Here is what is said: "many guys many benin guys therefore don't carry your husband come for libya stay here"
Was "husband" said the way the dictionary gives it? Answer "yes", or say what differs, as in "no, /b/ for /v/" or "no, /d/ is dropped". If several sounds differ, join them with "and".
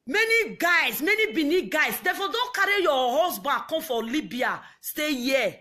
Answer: no, /s/ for /z/